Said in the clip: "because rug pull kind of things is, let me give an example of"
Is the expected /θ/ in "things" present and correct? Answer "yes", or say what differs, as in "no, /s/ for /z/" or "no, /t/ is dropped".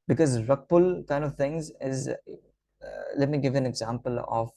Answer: no, /t/ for /θ/